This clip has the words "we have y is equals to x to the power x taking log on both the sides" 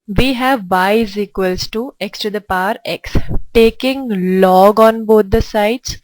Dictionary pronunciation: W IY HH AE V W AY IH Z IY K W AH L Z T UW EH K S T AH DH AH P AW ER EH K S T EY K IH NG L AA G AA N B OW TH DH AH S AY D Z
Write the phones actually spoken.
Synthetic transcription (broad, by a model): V IY HH AE V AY IH Z IY K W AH L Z T UW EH K S T AH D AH P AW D EH K S T EY K IH NG L AA G AA N B OW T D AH S AY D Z